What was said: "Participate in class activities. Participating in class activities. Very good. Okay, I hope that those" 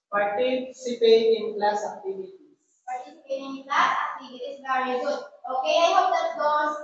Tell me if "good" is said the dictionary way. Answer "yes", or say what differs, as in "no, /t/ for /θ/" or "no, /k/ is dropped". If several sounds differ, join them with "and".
no, /d/ is dropped